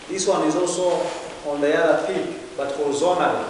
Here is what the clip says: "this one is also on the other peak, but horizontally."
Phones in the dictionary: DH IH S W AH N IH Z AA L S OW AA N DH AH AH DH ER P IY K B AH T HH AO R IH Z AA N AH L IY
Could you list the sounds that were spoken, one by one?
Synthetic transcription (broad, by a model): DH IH S W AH N IH Z AA L S OW AA N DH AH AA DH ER F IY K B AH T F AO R Z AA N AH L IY